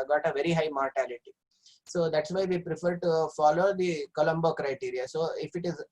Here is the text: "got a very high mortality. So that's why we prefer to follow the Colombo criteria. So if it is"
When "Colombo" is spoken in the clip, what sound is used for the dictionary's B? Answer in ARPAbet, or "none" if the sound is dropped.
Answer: B